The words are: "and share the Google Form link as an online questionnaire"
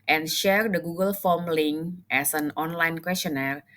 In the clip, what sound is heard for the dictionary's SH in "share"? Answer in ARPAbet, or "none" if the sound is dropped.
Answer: SH